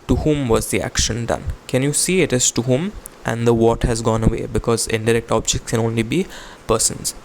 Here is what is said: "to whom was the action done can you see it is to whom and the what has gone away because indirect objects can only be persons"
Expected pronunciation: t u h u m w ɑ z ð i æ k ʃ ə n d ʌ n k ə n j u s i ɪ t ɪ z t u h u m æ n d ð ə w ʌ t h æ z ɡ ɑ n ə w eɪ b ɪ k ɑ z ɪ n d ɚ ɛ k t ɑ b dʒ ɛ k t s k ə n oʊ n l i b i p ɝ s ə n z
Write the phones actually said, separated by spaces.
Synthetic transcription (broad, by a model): t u h u m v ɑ z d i æ k ʃ ə n d ʌ n k ə n j u s i ɪ t ɪ z t u h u m æ n d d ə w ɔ t h æ z ɡ ɑ n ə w eɪ b ɪ k ɑ z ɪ n d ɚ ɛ k t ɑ b dʒ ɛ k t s k ə n oʊ n l i b i p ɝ s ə n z